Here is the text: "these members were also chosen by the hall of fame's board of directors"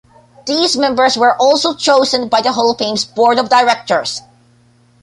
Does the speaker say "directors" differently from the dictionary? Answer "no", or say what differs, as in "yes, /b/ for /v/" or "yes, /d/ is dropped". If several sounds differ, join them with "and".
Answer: yes, /s/ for /z/